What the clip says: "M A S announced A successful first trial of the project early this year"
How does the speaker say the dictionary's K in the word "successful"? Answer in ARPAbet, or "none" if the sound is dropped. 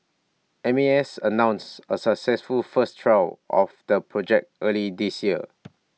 K